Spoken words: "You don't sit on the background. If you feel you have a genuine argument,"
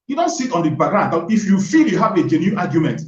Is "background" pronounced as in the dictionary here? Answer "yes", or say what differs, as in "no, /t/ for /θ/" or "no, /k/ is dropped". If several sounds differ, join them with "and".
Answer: no, /k/ is dropped